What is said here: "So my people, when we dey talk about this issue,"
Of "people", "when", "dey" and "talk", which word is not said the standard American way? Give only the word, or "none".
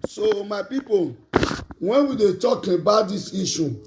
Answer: people